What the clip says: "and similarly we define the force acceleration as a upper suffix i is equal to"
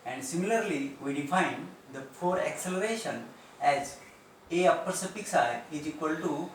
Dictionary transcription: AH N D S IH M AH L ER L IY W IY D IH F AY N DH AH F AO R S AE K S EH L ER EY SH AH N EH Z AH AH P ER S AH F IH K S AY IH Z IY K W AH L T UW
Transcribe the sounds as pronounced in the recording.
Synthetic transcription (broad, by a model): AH N D S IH M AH L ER L IY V IY D IH F AY N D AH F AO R AE K S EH L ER EY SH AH N EH Z AH AH P ER S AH P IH K S AY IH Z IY K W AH L T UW